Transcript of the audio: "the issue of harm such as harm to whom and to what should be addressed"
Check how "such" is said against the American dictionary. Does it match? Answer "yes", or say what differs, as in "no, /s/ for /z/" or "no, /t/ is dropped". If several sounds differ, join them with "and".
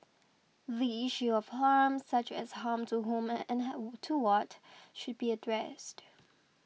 yes